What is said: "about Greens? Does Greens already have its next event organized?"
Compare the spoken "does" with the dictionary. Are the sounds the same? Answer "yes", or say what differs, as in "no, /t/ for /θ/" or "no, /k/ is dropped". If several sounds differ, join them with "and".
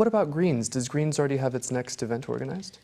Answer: yes